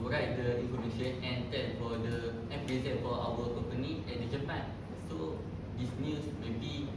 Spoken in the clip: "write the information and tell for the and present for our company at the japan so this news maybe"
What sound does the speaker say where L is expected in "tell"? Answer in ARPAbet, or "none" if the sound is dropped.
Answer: N